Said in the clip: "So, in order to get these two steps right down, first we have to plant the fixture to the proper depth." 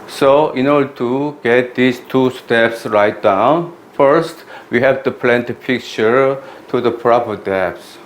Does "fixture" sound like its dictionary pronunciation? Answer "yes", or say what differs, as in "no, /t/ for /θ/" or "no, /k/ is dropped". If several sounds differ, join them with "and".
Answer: no, /p/ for /f/ and /s/ is dropped